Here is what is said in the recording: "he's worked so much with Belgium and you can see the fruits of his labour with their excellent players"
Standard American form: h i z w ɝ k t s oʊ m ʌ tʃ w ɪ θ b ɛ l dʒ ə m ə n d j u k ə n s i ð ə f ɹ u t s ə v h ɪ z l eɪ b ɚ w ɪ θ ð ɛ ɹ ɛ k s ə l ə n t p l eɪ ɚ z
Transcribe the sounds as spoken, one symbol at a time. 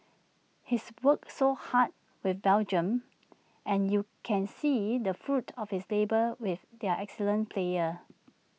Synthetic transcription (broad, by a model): h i s w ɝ k s oʊ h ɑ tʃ w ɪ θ b ɛ l dʒ ə m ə n j u k ə n s i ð ə f ɹ u t ə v h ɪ s l eɪ b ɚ w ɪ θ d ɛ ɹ ɛ k s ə l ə n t p l eɪ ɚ